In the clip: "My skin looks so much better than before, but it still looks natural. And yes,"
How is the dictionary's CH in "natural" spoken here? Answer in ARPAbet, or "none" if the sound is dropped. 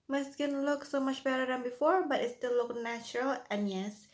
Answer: CH